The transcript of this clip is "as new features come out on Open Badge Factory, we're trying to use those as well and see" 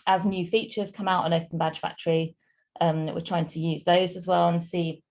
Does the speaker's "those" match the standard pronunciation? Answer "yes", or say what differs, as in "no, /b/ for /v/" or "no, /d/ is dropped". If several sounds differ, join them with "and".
yes